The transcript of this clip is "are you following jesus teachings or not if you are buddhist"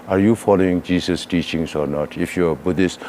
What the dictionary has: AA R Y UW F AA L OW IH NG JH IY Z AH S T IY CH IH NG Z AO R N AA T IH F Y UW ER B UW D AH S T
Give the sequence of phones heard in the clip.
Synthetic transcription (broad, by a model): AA R Y UW F AA L OW IH NG JH IY S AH S T IY CH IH NG S AO R N AA T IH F Y UW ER B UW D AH S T